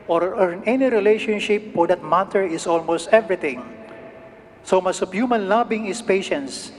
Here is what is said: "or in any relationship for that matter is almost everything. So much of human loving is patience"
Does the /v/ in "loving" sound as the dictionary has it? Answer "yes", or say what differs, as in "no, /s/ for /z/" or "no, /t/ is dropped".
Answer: no, /b/ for /v/